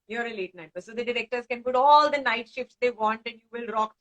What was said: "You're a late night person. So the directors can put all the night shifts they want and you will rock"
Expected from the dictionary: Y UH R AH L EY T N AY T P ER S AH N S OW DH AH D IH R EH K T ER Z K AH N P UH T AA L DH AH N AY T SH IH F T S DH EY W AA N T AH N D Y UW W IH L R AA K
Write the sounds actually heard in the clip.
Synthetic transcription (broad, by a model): Y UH R AH L EY T N AY T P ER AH S OW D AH D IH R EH K T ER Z K AH N P UH T AA L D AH N AY T SH IH F T S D EY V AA N T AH N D Y UW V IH L R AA K